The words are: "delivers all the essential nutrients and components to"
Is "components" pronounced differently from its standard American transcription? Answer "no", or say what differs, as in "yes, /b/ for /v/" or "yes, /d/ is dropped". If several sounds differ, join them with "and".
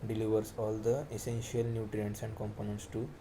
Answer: no